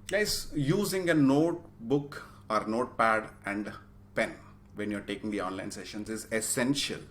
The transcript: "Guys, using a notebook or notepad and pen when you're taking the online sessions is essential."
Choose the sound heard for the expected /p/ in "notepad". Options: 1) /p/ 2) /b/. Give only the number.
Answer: 1